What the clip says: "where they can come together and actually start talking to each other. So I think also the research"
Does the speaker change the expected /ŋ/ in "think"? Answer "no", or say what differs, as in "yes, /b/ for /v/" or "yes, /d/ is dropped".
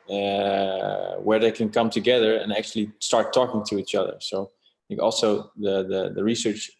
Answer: yes, /ŋ/ is dropped